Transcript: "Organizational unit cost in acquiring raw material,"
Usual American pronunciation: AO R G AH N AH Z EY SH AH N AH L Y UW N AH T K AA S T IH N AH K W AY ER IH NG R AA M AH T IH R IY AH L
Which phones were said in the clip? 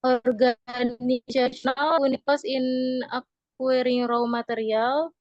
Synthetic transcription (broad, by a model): AO R G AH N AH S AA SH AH N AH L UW N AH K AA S IH N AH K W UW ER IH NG R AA M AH T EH R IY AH L